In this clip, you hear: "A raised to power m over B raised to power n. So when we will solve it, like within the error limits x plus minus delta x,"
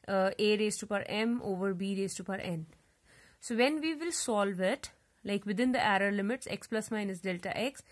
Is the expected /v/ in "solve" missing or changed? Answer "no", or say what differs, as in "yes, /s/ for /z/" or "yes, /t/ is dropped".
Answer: no